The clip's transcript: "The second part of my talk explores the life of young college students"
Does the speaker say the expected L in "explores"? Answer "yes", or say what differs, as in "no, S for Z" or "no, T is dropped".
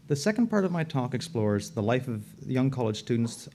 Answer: yes